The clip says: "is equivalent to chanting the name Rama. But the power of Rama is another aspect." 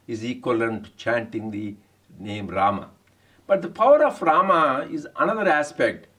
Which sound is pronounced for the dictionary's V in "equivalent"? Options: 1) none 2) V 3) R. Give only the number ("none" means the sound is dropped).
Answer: 1